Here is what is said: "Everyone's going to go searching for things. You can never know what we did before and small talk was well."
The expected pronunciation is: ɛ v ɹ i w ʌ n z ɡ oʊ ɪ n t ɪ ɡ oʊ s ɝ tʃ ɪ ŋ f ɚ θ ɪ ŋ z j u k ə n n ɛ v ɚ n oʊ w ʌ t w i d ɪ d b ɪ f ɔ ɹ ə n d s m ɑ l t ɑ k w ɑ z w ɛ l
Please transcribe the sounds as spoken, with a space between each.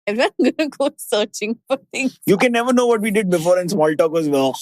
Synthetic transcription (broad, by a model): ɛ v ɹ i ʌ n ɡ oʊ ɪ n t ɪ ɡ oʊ s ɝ tʃ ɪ ŋ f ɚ t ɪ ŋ j u k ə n n ɛ v ɚ n oʊ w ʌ t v i d ɪ d b ɪ f ɔ ɹ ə n s m ɑ l t ɑ k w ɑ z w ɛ l